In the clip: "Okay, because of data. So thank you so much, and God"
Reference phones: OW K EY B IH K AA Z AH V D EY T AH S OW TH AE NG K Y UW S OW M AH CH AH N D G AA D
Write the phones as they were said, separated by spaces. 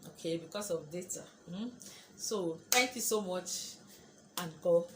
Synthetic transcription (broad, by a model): OW K EY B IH K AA S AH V D EY T AH S OW T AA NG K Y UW S OW M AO CH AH N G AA